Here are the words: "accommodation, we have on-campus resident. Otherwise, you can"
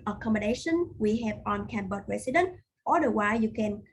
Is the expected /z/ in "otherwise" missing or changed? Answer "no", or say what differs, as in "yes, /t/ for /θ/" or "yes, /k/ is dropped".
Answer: yes, /z/ is dropped